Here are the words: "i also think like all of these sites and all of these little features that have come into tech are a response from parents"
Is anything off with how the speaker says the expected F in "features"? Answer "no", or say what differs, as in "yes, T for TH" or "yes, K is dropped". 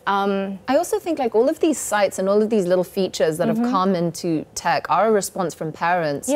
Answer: no